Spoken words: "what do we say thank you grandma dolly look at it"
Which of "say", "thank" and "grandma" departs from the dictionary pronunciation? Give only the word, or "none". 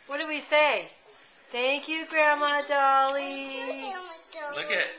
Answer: none